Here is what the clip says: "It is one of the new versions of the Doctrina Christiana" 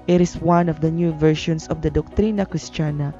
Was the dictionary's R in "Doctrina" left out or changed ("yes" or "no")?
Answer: no